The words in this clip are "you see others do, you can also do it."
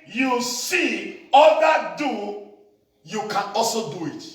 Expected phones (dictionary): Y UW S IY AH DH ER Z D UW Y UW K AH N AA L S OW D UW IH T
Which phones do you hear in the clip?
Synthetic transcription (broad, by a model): Y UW S IY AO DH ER D UW Y UW K AH N AA L S OW D UW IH T